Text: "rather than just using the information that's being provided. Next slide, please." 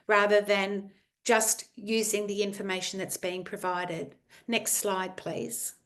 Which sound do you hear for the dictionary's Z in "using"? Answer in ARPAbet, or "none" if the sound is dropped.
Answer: Z